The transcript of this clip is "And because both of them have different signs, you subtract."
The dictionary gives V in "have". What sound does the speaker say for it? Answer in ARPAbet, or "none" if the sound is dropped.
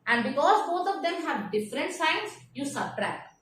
V